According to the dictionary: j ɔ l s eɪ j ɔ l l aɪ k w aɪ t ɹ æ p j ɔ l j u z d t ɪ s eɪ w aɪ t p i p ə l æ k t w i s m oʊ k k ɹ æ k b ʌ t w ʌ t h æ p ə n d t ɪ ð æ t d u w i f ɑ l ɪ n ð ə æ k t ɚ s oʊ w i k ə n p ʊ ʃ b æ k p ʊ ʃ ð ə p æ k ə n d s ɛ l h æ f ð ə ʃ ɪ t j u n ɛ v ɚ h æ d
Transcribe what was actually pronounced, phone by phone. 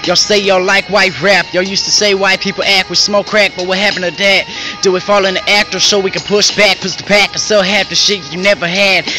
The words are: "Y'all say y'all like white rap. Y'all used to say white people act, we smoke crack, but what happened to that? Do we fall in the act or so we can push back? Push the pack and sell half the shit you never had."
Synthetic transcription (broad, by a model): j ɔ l s eɪ j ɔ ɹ l aɪ k w aɪ t ɹ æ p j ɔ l j u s t ɪ s eɪ w aɪ p i p l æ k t w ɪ s m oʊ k k ɹ æ k b ʌ t w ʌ h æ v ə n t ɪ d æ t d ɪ w i f ɑ l ɪ n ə æ k t ɚ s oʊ w i k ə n p ʊ ʃ b æ k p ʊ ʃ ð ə p æ k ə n s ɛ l h æ f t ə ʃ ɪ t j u n ɛ v ɚ h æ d